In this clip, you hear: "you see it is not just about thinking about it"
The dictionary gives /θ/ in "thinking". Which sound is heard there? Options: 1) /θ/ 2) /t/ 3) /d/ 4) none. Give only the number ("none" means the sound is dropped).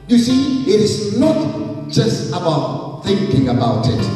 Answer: 1